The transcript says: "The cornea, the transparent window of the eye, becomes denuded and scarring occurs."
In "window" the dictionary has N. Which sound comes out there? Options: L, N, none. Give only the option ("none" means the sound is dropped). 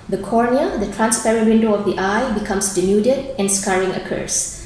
N